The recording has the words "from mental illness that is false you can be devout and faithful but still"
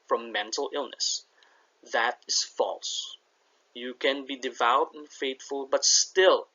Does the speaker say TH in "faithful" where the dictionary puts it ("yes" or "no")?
no